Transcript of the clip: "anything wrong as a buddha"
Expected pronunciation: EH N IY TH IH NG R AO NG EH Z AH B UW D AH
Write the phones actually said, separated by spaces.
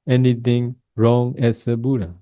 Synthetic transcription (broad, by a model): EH N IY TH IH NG R AO NG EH S AH B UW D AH